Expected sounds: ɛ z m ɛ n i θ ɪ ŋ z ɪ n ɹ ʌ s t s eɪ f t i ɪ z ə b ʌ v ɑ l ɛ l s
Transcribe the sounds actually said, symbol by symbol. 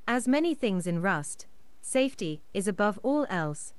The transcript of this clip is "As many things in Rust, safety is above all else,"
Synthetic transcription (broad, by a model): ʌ z m ɛ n i θ ɪ ŋ z ɪ n ɹ ʌ s t s eɪ f t i ɪ z ə b ʌ v ɑ l ɛ l s